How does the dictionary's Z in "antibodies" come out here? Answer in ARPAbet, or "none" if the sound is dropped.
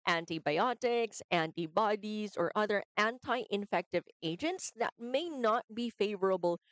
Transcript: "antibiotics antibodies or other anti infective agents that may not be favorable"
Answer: Z